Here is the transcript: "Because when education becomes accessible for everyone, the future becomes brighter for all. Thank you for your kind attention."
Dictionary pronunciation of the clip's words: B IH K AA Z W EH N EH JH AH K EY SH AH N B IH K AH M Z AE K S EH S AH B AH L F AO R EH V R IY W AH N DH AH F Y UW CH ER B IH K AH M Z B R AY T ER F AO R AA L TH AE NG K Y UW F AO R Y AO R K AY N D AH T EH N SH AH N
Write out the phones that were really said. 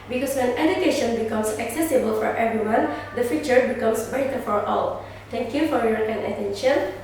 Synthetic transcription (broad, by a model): B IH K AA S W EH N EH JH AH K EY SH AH N B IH K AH M S AE K S EH S AH B AH L F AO R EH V R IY W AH N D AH F Y UW CH ER B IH K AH M S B AY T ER F AO R AA L T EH NG K Y UW F AO R Y AO R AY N AH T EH N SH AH N